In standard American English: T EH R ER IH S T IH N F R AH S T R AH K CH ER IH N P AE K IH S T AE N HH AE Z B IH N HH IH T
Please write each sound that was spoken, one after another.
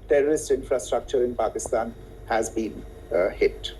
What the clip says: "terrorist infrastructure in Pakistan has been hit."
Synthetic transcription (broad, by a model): T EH R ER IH S T IH N F R AH S T R AH K CH ER IH N P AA K IH S T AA N HH AE Z B IH N HH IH T